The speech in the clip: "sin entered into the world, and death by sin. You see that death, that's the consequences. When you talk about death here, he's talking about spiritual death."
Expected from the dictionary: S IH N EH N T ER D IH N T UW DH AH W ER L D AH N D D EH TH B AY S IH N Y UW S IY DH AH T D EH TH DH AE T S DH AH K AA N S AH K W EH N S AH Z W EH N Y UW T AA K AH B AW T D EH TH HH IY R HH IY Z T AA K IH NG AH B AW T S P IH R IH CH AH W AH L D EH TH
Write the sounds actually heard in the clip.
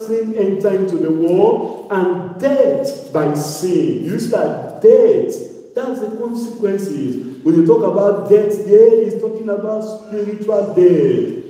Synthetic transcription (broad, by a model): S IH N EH N T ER IH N T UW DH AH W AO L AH N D D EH T B AY S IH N Y UW S IY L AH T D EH T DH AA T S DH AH K AA N S AH K W EH N S AH Z W EH N Y UW T AA K AH B AW T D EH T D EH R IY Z T AA K IH NG AH B AW T S P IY R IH CH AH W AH L D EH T